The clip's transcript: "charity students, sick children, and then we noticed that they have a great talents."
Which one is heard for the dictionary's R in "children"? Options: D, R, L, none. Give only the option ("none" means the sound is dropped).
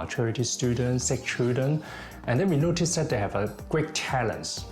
none